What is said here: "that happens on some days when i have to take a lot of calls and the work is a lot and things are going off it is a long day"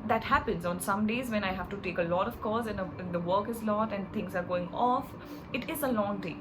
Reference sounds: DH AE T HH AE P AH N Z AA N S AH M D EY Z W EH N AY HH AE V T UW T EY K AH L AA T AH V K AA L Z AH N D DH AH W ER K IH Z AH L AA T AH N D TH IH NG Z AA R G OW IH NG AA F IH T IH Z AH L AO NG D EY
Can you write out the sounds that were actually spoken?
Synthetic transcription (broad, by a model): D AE T HH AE P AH N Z AA N S AH M D EY Z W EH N AY HH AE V T UW T EY K AH L AA T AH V K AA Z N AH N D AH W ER K IH Z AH L AA T AH N D T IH NG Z AA R G OW IH NG AA F IH T IH Z AH L AO NG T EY